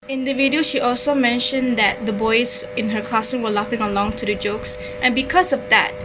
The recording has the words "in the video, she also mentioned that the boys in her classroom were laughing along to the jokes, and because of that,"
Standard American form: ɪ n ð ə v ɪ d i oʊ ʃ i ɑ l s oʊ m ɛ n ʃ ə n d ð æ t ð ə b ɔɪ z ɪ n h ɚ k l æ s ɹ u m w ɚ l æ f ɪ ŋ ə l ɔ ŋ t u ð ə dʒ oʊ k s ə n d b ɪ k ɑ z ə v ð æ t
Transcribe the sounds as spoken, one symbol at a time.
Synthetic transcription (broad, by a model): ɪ n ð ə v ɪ d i oʊ ʃ i ɑ l s oʊ m ɛ n ʃ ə n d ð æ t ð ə b ɔɪ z ɪ n h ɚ k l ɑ s ɪ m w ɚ l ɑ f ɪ ŋ ə l ɔ ŋ t u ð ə dʒ oʊ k s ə n b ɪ k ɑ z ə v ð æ t